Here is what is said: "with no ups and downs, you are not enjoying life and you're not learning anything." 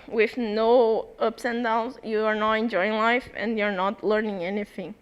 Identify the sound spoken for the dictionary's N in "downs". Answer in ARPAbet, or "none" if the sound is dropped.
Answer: L